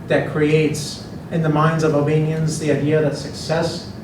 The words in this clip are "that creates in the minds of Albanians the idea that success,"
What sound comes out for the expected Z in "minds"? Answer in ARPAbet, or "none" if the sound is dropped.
Z